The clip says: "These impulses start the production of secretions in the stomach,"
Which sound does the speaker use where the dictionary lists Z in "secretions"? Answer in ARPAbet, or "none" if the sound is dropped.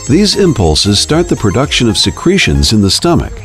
Z